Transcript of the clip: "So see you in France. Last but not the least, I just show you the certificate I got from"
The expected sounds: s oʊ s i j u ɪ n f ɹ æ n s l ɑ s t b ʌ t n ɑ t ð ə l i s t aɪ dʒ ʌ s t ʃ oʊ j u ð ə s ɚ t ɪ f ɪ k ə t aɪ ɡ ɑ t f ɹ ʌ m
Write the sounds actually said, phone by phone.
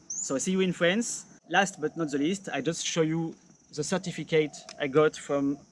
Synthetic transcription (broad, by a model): s oʊ s i j u ɪ n f ɹ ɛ n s l ɑ s t b ʌ t n ɑ t ð ə l i s t aɪ dʒ ʌ s t ʃ oʊ j u ð ə s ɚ t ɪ f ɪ k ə t aɪ ɡ ɑ t f ɹ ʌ m